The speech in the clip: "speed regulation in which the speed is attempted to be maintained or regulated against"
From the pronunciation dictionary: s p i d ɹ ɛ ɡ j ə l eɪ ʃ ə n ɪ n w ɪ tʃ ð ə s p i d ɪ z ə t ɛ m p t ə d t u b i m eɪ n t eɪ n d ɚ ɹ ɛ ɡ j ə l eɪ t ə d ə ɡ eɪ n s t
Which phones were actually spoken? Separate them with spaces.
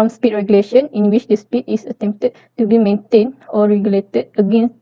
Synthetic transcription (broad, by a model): s p i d ɹ ɛ ɡ j ə l eɪ ʃ ə n ɪ n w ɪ tʃ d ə s p i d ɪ s ə t ɛ m p t ə d t u b i m eɪ n t eɪ n d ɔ ɹ ɛ ɡ j ə l eɪ t ə d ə ɡ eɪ n s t